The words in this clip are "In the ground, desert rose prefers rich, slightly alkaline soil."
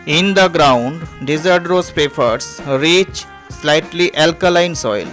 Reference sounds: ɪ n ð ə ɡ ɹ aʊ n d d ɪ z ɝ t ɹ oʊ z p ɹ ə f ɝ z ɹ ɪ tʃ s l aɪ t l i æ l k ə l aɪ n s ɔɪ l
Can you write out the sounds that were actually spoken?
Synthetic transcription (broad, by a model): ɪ n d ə ɡ ɹ aʊ n d d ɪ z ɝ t ɹ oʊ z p ə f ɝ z ɹ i tʃ s l aɪ t l i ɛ l k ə l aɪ n s ɔɪ l